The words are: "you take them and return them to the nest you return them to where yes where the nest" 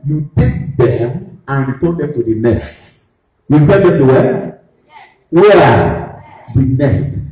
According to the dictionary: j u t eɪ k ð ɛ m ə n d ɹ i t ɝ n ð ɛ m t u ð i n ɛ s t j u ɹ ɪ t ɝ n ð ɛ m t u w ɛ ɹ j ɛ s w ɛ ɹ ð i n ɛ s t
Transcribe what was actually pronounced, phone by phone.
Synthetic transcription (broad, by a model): j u t eɪ k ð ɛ m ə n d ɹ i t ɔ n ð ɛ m t u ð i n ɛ s t j u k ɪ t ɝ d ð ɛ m t u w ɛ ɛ w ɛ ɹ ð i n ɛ s t